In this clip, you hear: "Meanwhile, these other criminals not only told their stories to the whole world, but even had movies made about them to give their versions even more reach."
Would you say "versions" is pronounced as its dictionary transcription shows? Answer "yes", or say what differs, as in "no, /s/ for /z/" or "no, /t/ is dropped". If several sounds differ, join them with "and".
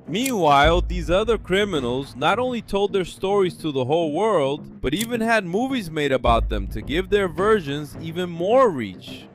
yes